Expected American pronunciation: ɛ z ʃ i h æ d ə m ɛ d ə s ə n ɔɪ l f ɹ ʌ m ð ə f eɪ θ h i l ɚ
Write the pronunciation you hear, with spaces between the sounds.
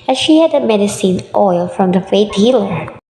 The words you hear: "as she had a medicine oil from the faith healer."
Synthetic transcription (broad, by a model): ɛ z ʃ i h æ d ə m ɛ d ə s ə n ɔɪ l f ɹ ʌ m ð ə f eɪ t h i l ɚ